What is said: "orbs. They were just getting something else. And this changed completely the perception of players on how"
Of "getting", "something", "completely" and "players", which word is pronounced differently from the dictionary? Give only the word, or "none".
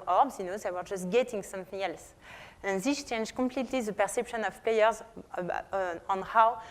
none